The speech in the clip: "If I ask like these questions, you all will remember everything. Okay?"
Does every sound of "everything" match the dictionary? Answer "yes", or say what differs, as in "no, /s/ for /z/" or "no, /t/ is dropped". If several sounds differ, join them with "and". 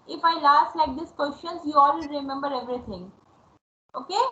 no, /t/ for /θ/